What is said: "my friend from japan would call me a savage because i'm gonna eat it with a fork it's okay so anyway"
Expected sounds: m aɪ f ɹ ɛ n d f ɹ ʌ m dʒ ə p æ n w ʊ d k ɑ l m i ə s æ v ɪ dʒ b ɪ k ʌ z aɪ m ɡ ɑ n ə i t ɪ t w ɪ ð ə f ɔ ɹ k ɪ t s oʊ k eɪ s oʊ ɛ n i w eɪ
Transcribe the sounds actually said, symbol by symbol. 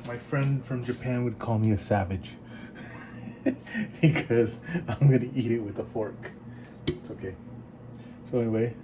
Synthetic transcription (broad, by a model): m aɪ f ɹ ɛ n d f ɹ ʌ m dʒ ə p æ n w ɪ d k ɑ l m i ə s æ v ɪ dʒ b ɪ k ʌ z aɪ m ɡ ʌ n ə i t ɪ t w ɪ ð ə f ɔ ɹ k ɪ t s oʊ k eɪ s oʊ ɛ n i w eɪ